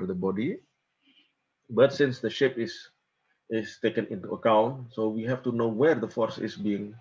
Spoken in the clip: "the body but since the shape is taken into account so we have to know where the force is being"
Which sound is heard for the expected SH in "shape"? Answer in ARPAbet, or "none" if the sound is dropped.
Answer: SH